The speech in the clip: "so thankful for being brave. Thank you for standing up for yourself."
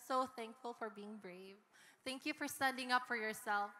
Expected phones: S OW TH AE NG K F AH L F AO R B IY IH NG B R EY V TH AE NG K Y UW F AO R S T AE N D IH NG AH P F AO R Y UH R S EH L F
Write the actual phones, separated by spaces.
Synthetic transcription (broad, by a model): S OW TH AE NG K F AH L F AO R B IY IH NG B R EY V TH AE NG K Y UW F AO R S T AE N D IH NG AH P F AO R Y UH R S EH L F